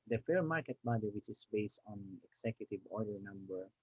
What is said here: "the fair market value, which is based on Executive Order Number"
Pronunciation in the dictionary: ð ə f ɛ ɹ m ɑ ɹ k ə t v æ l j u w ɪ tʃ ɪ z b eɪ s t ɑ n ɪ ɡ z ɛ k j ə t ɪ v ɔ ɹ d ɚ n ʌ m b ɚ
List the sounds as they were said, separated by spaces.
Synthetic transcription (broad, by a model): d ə f ɛ ɹ m ɑ ɹ k ə t b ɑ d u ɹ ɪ s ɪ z b eɪ s t ɑ n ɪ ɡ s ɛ k j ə t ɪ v ɔ ɹ d ɚ n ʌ m b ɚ